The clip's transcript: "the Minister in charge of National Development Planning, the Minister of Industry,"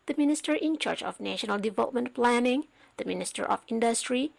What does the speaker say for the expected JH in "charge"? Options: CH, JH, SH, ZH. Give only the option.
CH